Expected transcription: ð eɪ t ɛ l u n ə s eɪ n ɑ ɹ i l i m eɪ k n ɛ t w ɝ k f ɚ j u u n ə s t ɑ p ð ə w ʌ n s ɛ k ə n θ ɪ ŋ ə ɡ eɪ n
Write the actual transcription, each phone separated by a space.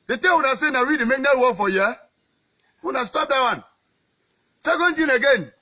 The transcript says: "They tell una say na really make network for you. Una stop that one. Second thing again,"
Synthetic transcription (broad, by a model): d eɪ t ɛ w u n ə s eɪ n ɑ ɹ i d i m eɪ k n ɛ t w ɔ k f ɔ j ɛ u n ə s t ɑ p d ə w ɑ n s ɛ k ə n t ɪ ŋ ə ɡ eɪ n